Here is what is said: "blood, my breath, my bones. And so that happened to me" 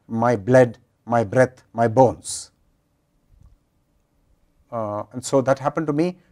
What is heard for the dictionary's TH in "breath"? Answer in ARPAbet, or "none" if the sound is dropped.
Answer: T